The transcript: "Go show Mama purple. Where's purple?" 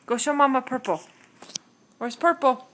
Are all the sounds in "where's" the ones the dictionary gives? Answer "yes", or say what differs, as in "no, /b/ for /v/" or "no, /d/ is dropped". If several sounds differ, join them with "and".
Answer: no, /s/ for /z/